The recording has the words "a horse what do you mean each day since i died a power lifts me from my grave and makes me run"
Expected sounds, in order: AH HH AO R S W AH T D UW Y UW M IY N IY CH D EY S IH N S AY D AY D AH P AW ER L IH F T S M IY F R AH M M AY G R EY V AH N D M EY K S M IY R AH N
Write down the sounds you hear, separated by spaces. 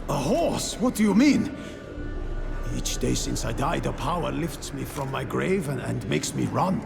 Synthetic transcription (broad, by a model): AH HH AO R S W AH T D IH Y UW M IY N IY CH D EY S IH N S AY D AY D AH P AW ER L IH F T S M IY F R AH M M AY G R EY V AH N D M EY K S M IY R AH N